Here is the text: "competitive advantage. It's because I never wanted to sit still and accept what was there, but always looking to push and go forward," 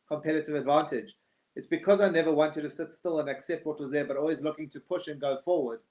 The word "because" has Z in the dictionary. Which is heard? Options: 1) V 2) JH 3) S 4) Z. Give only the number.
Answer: 4